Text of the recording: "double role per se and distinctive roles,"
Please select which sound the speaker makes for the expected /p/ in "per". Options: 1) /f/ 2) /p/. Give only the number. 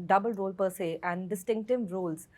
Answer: 2